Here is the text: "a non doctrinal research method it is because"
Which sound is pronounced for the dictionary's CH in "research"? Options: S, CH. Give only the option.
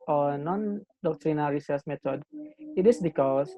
S